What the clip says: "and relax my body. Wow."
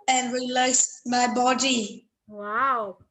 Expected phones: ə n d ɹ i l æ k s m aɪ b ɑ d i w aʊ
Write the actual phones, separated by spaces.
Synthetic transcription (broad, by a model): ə n ɹ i l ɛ s m aɪ b ɑ d i w aʊ